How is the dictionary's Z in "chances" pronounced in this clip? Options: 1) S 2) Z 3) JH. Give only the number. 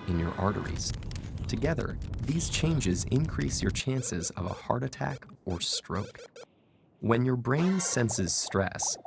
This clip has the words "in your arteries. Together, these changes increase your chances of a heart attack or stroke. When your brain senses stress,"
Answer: 2